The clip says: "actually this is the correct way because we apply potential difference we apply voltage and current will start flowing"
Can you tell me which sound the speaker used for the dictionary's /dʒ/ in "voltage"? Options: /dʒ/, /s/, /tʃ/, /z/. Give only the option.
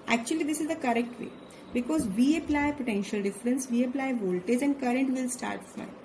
/dʒ/